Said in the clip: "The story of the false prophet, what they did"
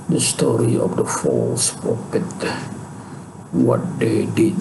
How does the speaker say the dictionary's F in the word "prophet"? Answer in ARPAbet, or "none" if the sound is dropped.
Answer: P